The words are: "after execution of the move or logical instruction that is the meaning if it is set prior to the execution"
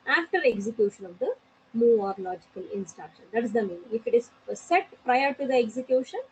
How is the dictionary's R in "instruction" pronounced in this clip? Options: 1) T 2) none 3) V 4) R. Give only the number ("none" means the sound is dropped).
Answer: 4